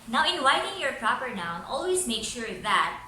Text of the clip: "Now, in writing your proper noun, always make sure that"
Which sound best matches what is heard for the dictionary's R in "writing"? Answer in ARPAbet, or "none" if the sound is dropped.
W